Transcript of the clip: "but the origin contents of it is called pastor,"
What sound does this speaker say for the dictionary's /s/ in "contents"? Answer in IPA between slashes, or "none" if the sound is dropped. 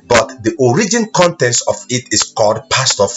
none